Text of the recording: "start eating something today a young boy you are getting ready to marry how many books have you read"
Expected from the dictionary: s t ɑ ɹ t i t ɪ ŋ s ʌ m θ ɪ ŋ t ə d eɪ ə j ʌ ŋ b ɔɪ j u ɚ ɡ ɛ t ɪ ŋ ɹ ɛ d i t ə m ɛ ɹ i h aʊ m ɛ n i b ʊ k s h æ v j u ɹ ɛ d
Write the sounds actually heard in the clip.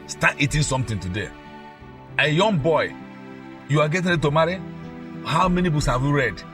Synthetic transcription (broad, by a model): s t ɑ t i t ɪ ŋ s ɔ m t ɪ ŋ t ə d eɪ ə j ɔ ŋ b ɔɪ j u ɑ ɡ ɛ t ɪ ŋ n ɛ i t ə m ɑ ɹ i h aʊ m ɛ n i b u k s h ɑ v j u ɹ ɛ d